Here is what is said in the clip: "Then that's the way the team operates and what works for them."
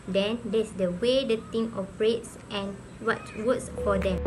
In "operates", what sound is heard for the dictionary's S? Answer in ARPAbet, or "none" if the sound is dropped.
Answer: S